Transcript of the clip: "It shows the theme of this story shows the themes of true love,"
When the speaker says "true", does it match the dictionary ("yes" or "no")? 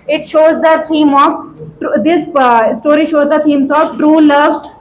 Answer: yes